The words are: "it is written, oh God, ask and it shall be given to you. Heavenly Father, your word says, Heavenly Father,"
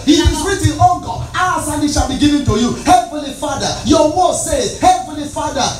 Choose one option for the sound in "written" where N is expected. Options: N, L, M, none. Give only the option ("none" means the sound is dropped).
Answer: L